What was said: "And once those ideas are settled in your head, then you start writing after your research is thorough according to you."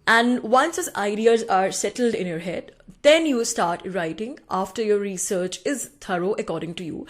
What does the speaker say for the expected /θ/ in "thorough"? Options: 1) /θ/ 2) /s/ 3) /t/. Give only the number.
3